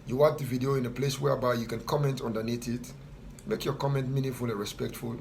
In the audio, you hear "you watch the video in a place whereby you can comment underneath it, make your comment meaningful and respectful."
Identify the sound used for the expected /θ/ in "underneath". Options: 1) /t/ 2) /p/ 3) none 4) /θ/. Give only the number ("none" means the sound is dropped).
1